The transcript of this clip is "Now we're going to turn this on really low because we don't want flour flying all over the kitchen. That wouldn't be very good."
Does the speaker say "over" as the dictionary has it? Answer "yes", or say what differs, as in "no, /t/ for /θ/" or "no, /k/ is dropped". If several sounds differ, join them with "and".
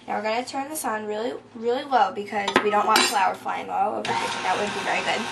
no, /v/ is dropped